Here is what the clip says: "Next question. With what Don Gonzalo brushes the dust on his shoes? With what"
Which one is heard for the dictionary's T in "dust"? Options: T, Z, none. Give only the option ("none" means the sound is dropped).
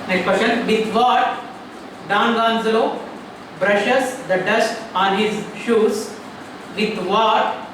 T